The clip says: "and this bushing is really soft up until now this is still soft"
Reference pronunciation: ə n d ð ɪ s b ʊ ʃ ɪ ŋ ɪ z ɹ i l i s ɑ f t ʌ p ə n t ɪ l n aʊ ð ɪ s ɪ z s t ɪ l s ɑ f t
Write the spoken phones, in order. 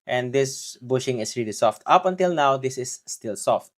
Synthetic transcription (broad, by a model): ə n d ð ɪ s b ʊ ʃ ɪ ŋ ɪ s ɹ i l i s ɑ f t ʌ p ə n t ɪ l n aʊ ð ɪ s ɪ s t ɪ l s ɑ f t